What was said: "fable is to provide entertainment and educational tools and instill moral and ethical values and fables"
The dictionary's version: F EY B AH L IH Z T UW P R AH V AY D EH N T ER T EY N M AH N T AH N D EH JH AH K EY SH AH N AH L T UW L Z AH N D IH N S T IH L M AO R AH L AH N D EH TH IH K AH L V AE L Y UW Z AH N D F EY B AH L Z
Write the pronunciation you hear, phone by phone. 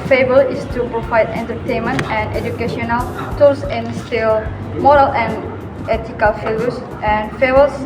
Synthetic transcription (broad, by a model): F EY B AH L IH S T UW P R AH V AY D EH N T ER T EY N M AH N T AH N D EH JH AH K EY SH AH N AH L T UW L S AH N N S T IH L M AO R AH L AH N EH T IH K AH L F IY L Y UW S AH N F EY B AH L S